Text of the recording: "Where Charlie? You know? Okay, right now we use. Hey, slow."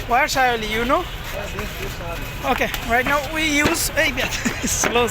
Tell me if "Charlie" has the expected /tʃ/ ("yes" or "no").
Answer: no